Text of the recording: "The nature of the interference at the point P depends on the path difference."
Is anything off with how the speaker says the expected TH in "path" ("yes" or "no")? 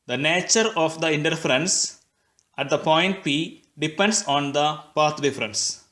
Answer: yes